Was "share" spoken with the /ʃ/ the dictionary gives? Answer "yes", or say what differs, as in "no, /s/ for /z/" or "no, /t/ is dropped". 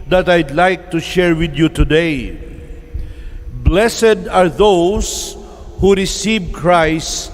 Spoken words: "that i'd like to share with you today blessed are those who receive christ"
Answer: yes